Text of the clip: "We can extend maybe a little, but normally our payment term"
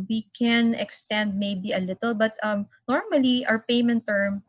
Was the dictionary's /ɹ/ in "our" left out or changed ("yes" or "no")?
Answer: yes